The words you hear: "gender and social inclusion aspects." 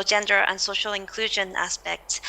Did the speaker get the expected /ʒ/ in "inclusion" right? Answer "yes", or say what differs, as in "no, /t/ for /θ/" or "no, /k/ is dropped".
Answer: yes